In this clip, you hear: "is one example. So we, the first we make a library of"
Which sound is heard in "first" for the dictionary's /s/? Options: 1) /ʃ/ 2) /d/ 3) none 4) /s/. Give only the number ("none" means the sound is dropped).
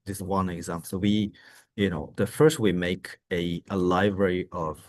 4